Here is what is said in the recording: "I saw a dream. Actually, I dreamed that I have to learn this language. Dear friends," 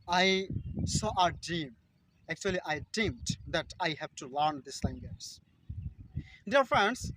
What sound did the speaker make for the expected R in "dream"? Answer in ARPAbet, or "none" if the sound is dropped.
none